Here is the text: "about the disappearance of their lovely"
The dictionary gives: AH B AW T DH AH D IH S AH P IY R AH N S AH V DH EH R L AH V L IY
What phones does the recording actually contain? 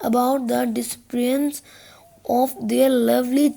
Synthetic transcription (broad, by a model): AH B AW T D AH D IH S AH P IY AH N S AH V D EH R L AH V L IY